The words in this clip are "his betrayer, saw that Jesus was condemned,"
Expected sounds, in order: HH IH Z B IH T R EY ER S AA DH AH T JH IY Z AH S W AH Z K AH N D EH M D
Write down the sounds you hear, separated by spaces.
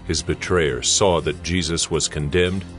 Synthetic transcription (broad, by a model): HH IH Z B IH T R EY ER S AA DH AH T JH IY Z AH S W AH Z K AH N D EH M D